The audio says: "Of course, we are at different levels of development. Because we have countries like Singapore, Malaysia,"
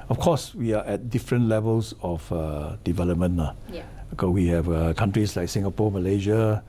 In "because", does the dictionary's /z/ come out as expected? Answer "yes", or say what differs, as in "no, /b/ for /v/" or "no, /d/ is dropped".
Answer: no, /z/ is dropped